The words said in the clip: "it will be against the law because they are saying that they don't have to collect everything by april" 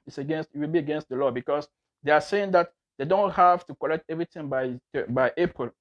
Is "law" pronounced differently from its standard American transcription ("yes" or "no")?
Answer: no